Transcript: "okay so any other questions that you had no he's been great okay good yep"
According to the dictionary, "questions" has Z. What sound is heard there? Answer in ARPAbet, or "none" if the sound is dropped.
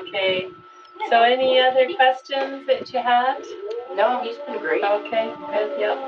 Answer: Z